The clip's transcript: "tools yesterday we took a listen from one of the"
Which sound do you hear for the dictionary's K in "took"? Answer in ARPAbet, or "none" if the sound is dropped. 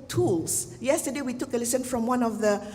K